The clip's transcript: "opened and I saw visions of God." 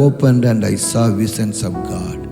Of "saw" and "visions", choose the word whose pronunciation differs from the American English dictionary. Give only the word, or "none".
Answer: visions